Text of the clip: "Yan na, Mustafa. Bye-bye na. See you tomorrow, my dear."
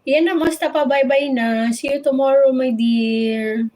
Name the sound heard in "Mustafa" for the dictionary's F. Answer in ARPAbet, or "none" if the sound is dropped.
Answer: P